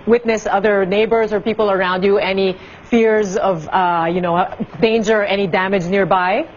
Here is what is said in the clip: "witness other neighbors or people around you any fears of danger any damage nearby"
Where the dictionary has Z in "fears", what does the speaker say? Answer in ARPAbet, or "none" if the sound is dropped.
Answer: Z